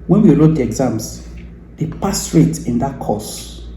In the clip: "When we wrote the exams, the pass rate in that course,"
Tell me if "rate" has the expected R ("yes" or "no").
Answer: yes